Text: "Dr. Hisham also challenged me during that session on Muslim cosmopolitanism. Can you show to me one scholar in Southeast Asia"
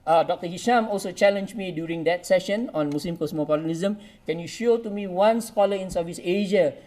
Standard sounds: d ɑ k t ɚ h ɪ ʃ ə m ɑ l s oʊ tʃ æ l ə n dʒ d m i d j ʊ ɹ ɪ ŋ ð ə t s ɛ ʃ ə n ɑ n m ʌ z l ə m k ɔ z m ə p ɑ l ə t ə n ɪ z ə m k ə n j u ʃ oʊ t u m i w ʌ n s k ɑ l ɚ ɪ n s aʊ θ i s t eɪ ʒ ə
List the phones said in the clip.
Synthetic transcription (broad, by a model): d ɑ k t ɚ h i ʃ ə m ɑ l s oʊ tʃ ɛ l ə n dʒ m i d j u ɹ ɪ ŋ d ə t s ɛ ʃ ə n ɑ n m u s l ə m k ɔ s m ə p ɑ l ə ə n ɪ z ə m k ə n j u ʃ oʊ t u m i w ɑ n s k ɑ l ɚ ɪ n s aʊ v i s eɪ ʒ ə